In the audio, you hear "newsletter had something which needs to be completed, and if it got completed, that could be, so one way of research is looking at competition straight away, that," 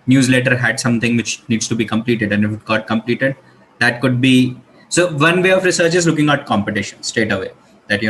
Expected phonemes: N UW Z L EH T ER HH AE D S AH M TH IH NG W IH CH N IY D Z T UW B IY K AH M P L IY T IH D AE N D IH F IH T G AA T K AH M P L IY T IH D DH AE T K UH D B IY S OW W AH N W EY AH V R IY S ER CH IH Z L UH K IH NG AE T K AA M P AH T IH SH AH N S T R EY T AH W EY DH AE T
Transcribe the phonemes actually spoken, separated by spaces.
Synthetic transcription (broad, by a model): N UW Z L EH T ER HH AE D S AH M T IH NG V IH CH N IY D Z T UW B IY K AH M P L IY T IH D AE N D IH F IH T G AA T K AH M P L IY T IH D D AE T K UH D B IY S OW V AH N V EY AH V R IY S ER CH IH Z L UH K IH NG AE T K AA M P AH T IH SH AH N S T EY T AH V EY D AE T